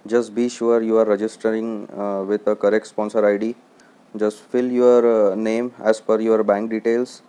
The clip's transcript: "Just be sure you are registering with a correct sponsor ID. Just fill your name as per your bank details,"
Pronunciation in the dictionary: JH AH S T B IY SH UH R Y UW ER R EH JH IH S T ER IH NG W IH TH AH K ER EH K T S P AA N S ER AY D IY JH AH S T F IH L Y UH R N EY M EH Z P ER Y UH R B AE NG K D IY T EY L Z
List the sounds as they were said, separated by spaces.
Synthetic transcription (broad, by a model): JH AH S T B IY SH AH R Y UW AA R EH JH IH S T ER IH NG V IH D AH K ER EH K T S P AA N S ER AY D IY JH AH S T F IH L Y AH R N EY M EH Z F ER Y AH R B AE NG K D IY T EY L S